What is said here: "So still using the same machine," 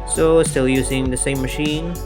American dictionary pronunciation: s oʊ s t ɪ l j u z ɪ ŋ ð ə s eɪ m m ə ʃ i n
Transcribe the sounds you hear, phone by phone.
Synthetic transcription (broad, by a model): s oʊ s t ɪ l j u z ɪ ŋ ð ə s eɪ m m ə ʃ i n